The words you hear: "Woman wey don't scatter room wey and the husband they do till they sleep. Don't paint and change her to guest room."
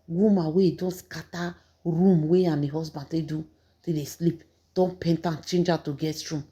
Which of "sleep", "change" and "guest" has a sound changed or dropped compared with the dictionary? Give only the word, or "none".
guest